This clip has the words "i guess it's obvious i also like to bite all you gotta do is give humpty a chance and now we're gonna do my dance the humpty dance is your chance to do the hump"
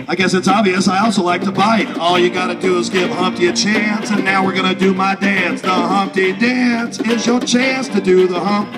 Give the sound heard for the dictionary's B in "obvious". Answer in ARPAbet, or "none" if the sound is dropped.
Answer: B